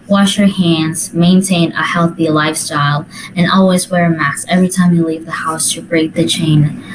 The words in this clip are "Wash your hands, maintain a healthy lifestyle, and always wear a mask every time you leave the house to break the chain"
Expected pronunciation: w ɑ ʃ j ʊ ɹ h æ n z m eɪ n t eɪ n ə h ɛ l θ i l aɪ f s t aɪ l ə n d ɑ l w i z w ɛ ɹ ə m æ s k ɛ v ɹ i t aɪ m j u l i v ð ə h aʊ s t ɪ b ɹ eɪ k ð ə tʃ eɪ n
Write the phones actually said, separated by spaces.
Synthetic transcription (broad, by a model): w ɑ ʃ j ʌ ɹ h æ n z m eɪ n t eɪ n ə h ɛ l θ i l aɪ f s t aɪ l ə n ɑ l w i z w ɛ ɹ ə m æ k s ɛ v ɹ i t aɪ m j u l i v ð ə h aʊ s t ɪ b ɹ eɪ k ð ə tʃ eɪ n